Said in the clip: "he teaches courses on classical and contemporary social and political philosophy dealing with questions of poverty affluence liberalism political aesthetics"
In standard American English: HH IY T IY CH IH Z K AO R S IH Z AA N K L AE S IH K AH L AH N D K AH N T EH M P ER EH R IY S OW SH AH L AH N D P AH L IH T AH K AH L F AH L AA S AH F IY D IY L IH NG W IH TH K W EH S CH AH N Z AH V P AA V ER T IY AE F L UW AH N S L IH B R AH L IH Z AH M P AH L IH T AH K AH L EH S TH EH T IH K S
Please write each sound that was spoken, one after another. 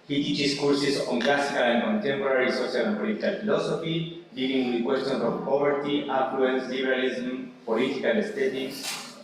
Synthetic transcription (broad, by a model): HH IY T IY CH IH S K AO R S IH S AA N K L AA S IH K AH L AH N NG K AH N T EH M P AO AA R IY S OW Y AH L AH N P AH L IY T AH K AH L F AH L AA S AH F IY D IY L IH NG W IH K W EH S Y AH N S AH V P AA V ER T IY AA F L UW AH N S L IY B R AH L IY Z M P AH L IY T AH K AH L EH S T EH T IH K S